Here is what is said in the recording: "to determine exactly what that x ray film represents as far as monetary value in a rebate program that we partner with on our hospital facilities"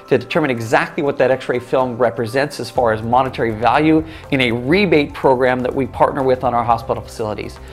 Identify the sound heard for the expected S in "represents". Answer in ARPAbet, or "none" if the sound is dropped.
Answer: S